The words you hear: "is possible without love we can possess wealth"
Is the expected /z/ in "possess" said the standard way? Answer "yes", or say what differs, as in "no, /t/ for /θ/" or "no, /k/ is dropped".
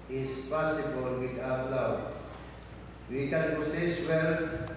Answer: no, /s/ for /z/